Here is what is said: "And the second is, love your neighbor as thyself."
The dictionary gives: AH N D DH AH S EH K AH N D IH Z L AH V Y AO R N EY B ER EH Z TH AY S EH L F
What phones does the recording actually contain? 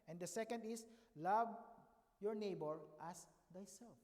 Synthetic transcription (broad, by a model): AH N D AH S EH K AH N D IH S L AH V Y AO R N EY B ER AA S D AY S EH L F